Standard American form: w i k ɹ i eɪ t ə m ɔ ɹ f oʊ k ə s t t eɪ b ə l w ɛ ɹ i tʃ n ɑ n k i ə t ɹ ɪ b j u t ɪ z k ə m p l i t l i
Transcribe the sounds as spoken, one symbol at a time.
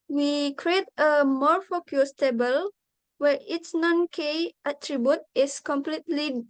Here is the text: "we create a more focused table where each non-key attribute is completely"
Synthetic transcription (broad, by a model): w i k ɹ i eɪ t ə m ɔ ɹ f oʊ k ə s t t eɪ b ə l w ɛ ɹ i s n ɑ n k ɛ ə t ɹ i b j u t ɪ s k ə m p l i t l i